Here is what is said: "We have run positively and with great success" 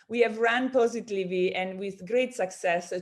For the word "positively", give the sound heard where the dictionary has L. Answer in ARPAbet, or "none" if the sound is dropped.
none